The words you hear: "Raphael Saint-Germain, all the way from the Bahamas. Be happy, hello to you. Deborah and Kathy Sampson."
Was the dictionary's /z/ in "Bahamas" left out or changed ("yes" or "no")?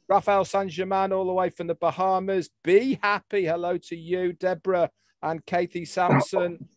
no